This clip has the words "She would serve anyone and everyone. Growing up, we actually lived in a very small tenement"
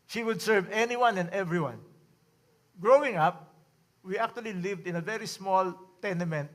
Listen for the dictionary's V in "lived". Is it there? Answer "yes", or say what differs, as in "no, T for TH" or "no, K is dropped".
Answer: yes